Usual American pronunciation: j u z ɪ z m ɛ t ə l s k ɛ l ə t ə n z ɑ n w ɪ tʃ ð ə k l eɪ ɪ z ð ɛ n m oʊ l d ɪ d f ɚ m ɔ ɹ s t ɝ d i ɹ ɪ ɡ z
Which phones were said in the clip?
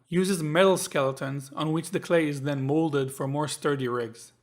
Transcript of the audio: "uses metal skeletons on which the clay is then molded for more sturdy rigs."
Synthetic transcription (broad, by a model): j u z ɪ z m ɛ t l s k ɛ l ə t ə n z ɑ n w ɪ tʃ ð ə k l eɪ ɪ z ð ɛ n m oʊ l d ɪ d f ɚ m ɔ ɹ s t ɝ d i ɹ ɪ ɡ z